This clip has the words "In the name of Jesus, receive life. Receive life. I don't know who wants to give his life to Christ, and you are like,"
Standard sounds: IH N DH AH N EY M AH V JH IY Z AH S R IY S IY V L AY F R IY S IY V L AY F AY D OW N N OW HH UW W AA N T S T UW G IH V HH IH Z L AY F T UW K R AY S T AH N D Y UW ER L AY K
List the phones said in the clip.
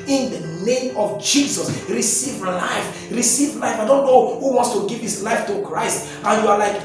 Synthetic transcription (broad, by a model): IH N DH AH N EY M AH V JH IY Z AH S R IY S IY V L AY F R IY S IY V L AY F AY D OW N N OW HH UW W AA N T S T UW G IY V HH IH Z L AY F T UW K R AY S T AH N Y UW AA L AY K